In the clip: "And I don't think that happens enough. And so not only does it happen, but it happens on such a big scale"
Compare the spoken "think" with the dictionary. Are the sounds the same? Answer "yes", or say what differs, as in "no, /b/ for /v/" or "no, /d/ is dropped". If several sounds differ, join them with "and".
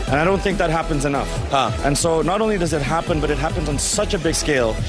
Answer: yes